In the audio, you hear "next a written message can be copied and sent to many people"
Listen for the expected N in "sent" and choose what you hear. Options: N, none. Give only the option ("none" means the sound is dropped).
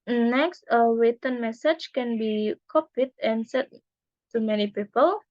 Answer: none